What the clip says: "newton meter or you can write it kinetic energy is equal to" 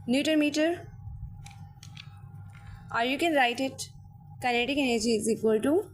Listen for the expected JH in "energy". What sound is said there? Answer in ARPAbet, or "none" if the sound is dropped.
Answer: JH